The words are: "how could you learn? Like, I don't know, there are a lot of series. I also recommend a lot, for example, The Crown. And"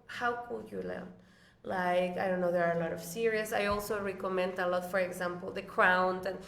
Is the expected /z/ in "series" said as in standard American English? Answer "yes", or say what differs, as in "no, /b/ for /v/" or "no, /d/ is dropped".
no, /s/ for /z/